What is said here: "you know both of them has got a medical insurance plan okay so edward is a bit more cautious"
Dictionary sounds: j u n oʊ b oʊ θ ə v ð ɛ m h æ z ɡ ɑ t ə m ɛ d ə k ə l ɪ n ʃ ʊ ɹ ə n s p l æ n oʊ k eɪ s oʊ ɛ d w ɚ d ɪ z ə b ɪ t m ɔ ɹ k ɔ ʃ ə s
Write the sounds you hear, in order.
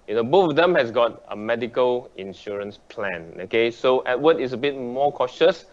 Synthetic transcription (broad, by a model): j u n oʊ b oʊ f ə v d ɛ m h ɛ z ɡ ɑ t ə m ɛ d ə k ə l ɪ n ʃ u ɹ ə n s p l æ n oʊ k eɪ s oʊ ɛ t w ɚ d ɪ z ə b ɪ t m ɔ k ɔ ʃ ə s